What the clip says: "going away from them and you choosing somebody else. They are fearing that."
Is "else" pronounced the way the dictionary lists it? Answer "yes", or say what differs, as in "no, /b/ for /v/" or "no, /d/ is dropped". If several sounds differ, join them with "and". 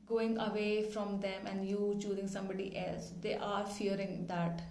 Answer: yes